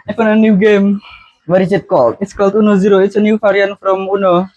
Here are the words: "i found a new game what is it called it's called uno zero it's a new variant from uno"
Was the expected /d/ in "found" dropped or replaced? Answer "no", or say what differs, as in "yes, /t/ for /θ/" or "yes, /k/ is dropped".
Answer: yes, /d/ is dropped